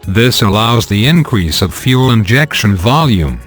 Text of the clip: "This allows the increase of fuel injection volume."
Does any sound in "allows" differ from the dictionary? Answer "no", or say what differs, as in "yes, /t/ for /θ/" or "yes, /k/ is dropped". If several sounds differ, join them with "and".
no